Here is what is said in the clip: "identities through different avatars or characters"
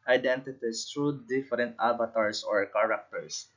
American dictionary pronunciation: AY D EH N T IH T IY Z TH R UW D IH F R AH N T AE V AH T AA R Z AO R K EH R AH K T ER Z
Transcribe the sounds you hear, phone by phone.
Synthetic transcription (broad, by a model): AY D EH N T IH T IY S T R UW D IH F R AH N T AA B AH T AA R S AO R K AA R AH K T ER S